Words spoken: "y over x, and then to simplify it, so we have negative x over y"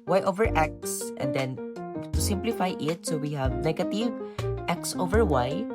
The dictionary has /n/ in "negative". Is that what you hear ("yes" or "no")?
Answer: no